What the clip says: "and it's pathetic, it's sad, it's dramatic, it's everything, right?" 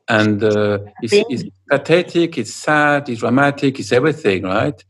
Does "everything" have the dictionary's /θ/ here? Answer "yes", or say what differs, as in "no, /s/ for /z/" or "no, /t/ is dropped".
yes